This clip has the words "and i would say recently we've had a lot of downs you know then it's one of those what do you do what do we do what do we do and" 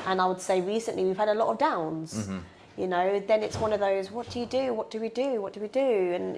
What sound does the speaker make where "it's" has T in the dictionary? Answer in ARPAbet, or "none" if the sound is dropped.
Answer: T